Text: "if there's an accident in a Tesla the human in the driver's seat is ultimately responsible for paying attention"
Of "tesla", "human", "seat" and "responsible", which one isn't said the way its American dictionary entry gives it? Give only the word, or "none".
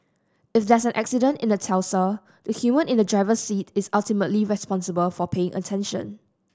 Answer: tesla